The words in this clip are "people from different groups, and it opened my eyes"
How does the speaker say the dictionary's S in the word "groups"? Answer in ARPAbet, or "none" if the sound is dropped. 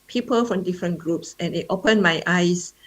S